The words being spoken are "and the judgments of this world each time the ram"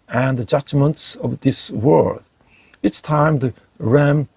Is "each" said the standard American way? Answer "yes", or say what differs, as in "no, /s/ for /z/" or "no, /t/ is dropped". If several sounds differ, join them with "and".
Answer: no, /s/ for /tʃ/